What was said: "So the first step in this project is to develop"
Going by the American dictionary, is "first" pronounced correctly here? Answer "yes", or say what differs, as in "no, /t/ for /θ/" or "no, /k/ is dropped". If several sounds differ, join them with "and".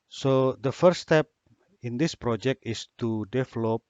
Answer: no, /s/ is dropped